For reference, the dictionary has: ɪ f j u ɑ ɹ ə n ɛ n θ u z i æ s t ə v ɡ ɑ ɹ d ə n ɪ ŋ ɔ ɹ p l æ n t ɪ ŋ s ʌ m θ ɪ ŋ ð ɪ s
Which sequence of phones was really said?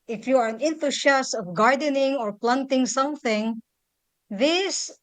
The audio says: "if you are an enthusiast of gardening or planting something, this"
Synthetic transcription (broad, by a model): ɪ f j u ɑ ɹ ə n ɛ n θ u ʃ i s ə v ɡ ɑ ɹ d ə n ɪ ŋ ɔ ɹ p l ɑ n t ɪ ŋ s ʌ m θ ɪ ŋ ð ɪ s